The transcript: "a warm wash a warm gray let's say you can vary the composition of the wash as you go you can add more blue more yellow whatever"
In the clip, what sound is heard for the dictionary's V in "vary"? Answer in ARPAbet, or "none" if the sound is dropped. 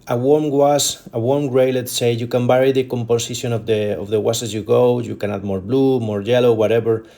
B